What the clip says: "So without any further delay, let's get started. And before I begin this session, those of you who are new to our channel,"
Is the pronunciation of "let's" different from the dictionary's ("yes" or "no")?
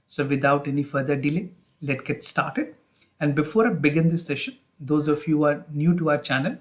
yes